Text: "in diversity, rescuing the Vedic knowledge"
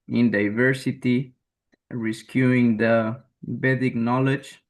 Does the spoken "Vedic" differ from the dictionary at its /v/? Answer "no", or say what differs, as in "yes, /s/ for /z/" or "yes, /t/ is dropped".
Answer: yes, /b/ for /v/